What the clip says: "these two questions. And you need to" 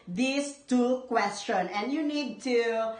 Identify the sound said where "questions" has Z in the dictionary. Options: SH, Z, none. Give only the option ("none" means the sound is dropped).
none